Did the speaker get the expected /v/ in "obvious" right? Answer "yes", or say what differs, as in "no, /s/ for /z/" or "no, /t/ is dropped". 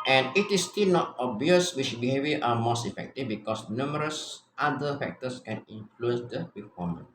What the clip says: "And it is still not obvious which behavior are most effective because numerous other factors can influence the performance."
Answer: no, /v/ is dropped